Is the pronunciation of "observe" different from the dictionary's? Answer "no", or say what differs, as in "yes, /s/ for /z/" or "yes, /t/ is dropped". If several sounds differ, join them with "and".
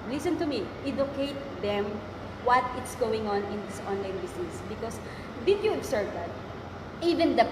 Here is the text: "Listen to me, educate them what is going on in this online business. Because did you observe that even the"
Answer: yes, /s/ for /z/